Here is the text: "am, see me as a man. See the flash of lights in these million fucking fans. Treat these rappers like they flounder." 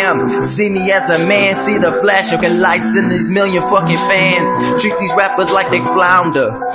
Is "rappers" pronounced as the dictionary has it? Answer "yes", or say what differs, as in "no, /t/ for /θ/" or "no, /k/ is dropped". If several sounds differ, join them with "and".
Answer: yes